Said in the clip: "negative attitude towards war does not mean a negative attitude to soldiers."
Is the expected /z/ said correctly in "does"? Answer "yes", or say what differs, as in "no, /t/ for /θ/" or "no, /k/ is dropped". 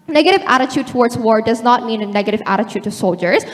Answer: yes